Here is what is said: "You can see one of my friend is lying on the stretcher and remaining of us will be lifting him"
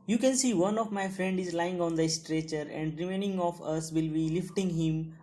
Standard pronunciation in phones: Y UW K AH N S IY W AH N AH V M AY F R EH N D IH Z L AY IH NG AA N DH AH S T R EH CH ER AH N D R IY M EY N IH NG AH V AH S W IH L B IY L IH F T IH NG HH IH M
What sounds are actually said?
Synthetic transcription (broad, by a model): Y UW K AH N S IY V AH N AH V M AY F R EH N D IH Z L AY IH NG AA N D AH S T R EH CH ER AH N D R IY M EY N IH NG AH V AH S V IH L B IY L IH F T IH NG HH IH M